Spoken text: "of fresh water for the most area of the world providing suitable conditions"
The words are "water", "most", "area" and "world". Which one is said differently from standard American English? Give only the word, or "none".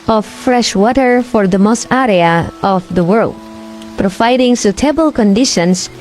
none